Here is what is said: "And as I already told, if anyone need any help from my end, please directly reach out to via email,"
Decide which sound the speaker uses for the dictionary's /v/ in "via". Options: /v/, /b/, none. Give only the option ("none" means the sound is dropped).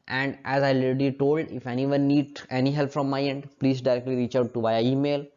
/b/